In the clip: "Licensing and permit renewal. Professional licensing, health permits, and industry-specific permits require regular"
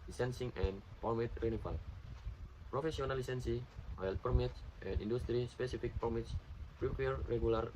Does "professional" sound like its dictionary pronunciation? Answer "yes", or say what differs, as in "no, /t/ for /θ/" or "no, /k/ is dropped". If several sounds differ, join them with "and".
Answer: no, /s/ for /ʃ/